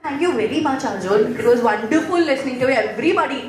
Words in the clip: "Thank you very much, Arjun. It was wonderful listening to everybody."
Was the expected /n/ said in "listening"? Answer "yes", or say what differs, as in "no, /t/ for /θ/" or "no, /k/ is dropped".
yes